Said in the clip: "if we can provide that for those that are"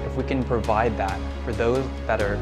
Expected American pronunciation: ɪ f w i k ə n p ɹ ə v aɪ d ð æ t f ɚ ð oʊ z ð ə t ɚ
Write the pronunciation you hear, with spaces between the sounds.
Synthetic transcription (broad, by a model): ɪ f w i k ə n p ɹ ə v aɪ d ð æ t f ɚ ð oʊ z ð ə t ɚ